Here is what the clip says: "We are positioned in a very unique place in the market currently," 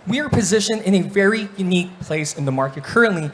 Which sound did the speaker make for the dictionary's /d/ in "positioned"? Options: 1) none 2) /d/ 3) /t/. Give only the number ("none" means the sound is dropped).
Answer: 1